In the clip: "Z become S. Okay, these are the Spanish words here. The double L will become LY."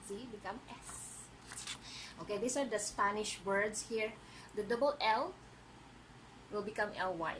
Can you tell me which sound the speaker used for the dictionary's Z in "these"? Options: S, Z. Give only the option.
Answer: S